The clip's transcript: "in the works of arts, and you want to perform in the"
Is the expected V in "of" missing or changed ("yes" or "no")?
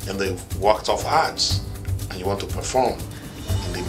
yes